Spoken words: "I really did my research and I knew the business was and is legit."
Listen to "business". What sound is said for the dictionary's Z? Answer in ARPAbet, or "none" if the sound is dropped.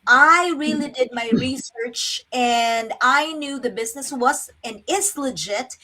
Z